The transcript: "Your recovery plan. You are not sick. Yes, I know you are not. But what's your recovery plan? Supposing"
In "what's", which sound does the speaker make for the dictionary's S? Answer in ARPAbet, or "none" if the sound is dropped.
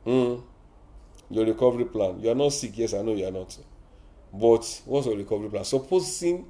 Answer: none